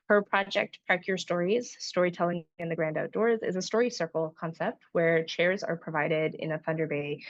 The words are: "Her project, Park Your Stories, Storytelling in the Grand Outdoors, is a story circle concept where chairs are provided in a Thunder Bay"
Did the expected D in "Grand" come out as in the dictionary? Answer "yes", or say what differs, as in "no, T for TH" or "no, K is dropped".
yes